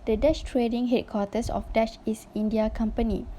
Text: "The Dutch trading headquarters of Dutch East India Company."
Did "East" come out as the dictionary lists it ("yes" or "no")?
no